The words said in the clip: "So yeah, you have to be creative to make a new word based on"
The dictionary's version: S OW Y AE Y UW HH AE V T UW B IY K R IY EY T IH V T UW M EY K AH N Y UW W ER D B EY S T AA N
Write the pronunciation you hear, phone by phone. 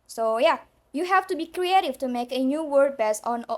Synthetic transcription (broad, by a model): S OW Y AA Y UW HH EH F T UW B IY K R IY EY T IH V T UW M EY K AH N Y UW W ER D B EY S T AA N